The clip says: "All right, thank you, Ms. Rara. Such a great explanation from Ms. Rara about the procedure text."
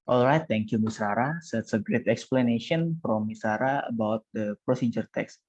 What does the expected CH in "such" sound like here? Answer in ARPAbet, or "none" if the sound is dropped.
S